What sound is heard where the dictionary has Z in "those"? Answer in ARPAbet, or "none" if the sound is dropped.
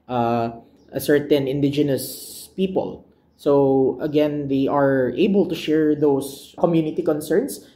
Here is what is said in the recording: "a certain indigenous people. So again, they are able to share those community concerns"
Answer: S